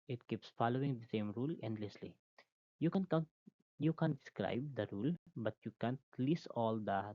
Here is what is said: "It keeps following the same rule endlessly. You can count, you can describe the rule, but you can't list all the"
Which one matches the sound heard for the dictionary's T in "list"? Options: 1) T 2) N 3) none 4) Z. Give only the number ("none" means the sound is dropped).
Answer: 3